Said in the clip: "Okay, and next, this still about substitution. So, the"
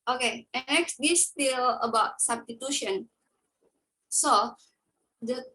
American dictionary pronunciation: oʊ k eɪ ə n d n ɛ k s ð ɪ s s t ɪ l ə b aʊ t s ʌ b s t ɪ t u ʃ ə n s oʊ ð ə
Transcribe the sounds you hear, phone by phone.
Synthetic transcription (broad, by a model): oʊ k eɪ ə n n ɛ k s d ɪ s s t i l ə b aʊ t s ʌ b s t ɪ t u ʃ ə n s oʊ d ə